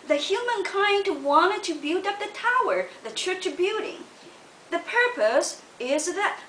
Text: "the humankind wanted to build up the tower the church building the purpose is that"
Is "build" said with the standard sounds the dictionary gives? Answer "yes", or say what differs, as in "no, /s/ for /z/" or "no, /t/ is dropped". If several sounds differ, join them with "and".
no, /l/ is dropped